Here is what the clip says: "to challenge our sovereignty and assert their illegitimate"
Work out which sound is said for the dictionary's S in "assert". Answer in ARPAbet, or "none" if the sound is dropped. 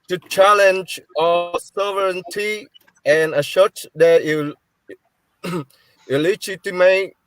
SH